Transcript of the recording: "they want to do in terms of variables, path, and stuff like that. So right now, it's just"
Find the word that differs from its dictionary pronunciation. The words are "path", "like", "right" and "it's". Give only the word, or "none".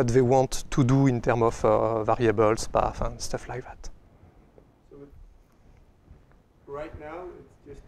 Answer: path